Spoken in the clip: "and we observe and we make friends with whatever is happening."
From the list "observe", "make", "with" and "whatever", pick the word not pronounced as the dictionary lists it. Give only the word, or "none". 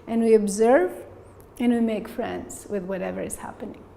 none